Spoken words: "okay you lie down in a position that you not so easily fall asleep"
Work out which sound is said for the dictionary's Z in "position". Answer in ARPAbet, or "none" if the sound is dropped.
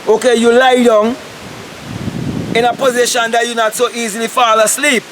Z